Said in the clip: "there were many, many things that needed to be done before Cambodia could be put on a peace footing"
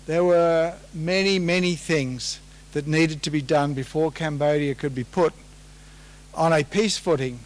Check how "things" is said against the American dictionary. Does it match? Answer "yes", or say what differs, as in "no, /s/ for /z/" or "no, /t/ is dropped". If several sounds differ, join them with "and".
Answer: yes